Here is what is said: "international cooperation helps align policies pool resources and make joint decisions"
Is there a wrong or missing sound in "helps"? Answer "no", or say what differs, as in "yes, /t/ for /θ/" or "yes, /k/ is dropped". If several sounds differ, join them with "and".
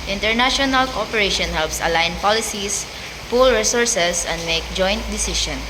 no